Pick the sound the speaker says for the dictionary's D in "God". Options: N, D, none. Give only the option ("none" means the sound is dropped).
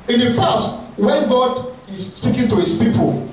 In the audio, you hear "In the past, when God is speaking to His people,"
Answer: D